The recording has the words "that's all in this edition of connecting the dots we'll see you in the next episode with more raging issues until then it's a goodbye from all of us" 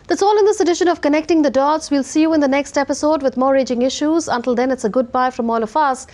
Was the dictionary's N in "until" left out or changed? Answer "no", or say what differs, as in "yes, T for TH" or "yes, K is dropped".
no